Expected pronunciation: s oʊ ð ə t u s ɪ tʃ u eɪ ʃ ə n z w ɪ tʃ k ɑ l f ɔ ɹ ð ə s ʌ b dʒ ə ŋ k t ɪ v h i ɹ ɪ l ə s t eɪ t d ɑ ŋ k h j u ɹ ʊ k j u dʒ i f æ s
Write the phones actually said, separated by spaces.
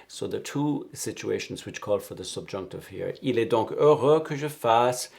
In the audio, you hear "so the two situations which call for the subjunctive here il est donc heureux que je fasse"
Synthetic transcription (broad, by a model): s oʊ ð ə t u s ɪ tʃ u eɪ ʃ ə n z w ɪ tʃ k ɑ l f ɔ ɹ ð ə s ʌ b dʒ ə ŋ k t ɪ v h i ɹ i l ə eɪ d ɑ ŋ k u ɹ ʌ k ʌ ʒ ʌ f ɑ s